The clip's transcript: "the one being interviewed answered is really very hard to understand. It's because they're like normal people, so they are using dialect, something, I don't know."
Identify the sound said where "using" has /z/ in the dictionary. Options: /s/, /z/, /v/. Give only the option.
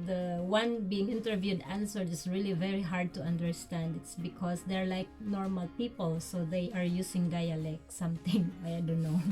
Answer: /s/